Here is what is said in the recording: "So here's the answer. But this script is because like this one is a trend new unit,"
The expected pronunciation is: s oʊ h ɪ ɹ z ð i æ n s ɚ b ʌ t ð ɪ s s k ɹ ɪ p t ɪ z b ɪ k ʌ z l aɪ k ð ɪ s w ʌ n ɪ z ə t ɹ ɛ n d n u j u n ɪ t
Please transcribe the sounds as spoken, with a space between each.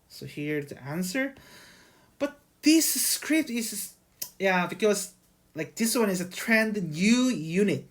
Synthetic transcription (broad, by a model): s oʊ h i ɹ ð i æ n s ɚ b ʌ t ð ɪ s s k ɹ ɪ p t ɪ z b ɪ k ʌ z l aɪ k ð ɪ s w ʌ n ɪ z ə t ɹ ɛ n d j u j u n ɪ t